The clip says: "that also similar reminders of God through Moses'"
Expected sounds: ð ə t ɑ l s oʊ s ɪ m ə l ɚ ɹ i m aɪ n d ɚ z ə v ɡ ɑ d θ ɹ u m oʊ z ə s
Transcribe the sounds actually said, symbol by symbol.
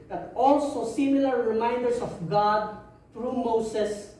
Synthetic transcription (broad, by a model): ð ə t ɑ l s oʊ s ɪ m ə l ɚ ɹ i m aɪ n d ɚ s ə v ɡ ɑ d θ ɹ u m oʊ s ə s